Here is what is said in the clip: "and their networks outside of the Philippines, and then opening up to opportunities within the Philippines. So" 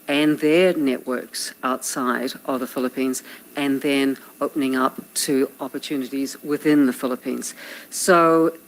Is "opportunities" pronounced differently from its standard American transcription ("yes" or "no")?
no